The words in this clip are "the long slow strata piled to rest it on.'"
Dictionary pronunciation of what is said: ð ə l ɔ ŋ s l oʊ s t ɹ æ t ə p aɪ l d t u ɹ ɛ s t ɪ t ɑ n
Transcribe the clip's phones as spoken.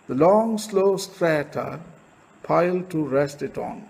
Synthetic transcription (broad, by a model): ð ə l ɔ ŋ s l oʊ s t ɹ æ t ə p aɪ l d t u ɹ ɛ s t ɪ t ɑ n